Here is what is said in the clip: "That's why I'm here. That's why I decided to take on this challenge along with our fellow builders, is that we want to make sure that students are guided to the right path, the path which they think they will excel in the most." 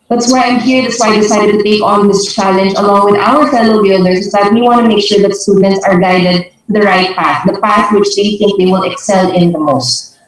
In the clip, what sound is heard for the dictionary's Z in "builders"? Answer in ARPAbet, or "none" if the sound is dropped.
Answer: S